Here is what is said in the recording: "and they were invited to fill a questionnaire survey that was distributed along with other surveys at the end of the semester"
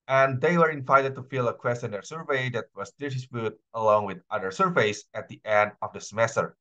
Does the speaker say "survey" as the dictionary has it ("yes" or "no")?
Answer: yes